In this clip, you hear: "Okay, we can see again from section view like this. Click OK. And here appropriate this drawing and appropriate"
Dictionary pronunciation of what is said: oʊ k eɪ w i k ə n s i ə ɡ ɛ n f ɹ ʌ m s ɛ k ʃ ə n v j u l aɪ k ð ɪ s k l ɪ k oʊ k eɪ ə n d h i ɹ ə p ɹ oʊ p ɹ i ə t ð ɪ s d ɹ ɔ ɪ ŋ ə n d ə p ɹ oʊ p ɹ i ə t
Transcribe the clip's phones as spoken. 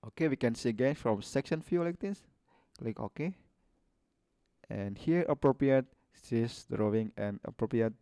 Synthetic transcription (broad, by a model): oʊ k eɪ w i k ə n s i ə ɡ ɛ n f ɹ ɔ m s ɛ k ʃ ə n f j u l aɪ k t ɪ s l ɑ k oʊ k eɪ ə n h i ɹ ə p ɹ oʊ p ɹ i ə t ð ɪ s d ɹ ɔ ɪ ŋ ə n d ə p ɹ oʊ p ɹ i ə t